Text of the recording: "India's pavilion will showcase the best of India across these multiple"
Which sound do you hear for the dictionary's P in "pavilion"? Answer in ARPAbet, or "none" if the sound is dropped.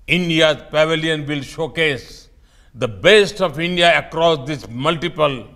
P